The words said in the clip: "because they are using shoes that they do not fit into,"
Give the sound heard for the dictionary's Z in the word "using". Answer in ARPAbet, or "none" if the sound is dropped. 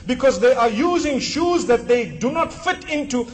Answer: Z